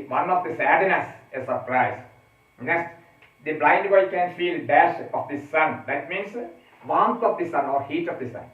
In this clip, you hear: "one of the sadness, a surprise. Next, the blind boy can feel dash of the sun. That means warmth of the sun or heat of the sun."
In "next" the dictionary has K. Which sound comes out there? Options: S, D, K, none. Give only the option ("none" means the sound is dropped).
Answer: none